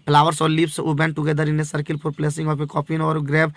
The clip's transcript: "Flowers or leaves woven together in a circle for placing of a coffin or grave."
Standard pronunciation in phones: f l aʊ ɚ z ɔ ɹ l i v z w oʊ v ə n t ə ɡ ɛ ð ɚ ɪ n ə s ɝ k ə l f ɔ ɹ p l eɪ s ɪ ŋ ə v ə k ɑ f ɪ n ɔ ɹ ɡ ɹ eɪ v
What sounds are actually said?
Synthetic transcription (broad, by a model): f l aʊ ɚ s ɔ ɹ l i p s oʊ b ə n t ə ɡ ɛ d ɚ ɪ n ə s ɝ k ə l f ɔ ɹ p l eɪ s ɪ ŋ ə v ə k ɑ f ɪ n ɔ ɹ ɡ ɹ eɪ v